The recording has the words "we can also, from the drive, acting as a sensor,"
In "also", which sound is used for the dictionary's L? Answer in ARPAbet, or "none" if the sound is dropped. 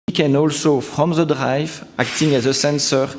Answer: L